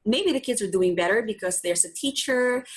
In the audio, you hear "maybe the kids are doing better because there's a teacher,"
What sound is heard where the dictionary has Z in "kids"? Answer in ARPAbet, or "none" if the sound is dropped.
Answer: Z